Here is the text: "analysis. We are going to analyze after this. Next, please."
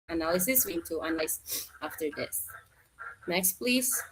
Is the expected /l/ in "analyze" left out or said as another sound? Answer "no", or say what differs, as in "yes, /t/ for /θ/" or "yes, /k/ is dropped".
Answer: yes, /n/ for /l/